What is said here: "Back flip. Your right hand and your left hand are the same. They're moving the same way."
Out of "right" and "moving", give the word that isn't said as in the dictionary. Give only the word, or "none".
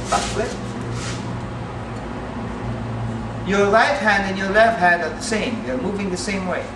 right